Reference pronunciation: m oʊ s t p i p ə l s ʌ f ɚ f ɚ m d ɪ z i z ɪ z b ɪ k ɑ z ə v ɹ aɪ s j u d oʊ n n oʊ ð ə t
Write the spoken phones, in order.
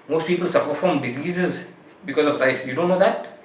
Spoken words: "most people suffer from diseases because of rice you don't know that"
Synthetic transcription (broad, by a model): m oʊ s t p i p ə l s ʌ p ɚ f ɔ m d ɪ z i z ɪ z b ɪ k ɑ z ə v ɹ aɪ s j u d oʊ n n oʊ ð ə t